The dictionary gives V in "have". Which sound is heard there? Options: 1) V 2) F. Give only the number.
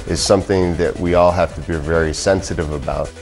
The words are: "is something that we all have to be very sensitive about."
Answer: 2